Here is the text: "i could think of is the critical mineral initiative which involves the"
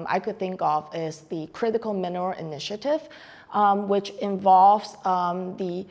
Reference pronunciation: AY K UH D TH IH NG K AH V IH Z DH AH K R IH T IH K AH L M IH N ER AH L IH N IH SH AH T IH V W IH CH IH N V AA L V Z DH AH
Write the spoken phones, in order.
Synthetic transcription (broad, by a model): AY K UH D TH IH NG K AH V IH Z DH AH K R IH T IH K AH L M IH N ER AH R IH N IH SH AH T IH V W IH CH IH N V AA L V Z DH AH